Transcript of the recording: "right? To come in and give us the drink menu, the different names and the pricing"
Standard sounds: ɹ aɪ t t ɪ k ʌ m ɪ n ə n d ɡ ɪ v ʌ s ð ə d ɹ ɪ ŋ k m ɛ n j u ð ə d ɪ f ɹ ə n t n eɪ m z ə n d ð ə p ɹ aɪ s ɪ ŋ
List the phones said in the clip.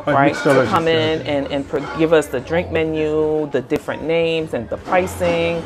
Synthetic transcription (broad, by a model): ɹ aɪ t t ɪ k ʌ m ɪ n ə n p ɡ ɪ v ʌ s ð ə d ɹ ɪ ŋ k m ɛ n j u ð ə d ɪ f ɹ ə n n eɪ m z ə n ð ə p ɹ aɪ s ɪ ŋ